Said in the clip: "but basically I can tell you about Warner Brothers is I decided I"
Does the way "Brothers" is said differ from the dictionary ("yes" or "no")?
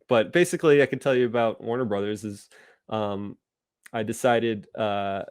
no